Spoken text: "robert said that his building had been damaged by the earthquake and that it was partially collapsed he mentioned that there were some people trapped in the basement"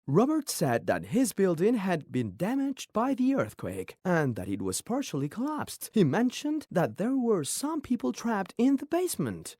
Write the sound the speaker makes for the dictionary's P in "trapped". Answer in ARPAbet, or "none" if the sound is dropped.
P